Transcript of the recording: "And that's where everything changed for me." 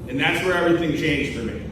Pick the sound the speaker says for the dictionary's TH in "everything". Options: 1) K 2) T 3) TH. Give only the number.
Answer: 3